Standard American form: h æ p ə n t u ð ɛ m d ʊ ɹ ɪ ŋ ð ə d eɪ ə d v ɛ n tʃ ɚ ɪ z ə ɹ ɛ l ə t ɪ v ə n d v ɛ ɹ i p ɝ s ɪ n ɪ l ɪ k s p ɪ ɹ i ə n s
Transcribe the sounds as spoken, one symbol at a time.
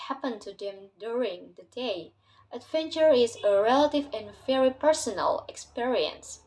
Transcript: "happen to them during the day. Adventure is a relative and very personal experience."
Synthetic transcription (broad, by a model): h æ p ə n t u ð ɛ m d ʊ ɹ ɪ ŋ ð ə d eɪ ə d v ɛ n tʃ ɚ ɪ z ə ɹ ɛ l ə t ɪ v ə n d v ɛ ɹ i p ɝ s ɪ n ɪ l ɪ k s p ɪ ɹ i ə n s